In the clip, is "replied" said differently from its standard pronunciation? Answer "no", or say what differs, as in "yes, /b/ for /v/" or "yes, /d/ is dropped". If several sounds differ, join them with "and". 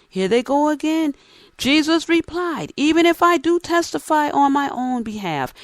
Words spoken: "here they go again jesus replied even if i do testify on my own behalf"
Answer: no